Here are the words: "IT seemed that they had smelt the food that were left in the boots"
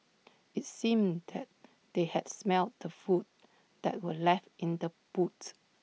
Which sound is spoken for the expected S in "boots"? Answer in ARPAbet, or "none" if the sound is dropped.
none